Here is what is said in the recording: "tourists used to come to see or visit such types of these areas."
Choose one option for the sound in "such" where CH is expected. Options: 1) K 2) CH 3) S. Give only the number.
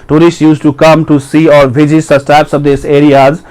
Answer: 3